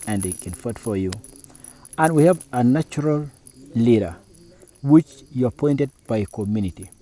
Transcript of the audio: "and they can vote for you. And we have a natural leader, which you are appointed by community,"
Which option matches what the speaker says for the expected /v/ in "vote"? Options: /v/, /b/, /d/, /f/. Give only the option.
/f/